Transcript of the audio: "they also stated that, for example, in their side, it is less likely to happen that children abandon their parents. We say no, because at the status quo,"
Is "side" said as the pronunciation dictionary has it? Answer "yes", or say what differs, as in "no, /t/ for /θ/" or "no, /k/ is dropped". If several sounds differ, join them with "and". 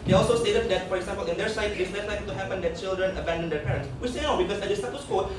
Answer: no, /d/ is dropped